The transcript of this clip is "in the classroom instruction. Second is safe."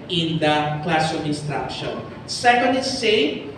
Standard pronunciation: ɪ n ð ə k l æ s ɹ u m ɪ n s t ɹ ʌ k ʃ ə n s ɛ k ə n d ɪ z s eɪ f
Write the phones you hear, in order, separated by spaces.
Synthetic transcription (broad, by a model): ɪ n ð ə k l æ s u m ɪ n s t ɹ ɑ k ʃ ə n s ɛ k ə n d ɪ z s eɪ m